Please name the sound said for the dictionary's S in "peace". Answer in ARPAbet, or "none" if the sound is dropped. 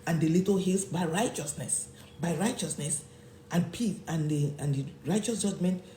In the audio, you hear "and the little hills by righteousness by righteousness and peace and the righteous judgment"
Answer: TH